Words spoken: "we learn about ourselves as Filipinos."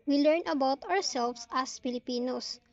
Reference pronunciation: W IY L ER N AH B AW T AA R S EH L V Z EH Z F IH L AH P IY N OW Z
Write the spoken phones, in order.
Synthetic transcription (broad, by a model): W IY L ER N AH B AW T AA R S EH L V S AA S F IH L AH P IY N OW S